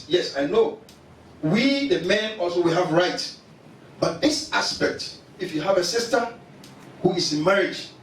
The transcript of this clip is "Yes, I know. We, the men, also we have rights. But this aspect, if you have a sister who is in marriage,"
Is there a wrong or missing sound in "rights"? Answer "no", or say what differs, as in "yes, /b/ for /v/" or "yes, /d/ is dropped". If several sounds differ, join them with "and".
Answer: yes, /s/ is dropped